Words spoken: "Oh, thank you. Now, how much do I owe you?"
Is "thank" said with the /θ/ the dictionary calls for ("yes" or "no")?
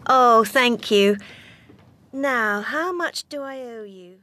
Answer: yes